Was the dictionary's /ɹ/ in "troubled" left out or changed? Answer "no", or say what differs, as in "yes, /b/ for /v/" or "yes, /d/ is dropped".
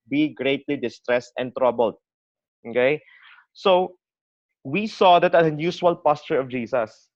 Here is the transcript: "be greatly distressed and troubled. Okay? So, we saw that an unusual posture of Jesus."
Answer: no